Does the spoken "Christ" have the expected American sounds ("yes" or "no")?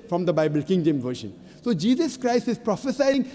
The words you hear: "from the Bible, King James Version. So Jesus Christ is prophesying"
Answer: yes